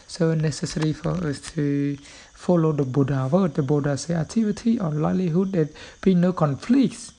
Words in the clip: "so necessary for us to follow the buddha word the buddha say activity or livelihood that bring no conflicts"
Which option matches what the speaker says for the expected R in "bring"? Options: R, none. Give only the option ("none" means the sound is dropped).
none